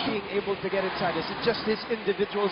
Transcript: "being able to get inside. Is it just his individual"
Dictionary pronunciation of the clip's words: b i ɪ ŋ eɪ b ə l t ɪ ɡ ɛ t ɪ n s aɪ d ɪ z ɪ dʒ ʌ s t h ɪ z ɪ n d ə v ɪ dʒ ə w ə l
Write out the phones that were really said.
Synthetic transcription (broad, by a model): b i ɪ ŋ eɪ b l t ɪ ɡ ɛ t ɪ n s aɪ d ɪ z ɪ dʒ ʌ s t h ɪ z ɪ n d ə v ɪ dʒ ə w l